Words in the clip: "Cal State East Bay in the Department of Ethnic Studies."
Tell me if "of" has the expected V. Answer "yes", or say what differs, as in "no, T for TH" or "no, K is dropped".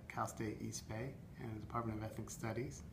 yes